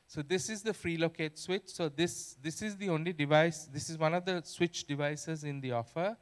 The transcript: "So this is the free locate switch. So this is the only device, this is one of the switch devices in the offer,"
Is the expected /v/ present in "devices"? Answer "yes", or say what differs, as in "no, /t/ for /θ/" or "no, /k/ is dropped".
yes